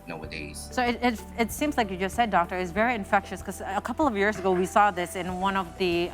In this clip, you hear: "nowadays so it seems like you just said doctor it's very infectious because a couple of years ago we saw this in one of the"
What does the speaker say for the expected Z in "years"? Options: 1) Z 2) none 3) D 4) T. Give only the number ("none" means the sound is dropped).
1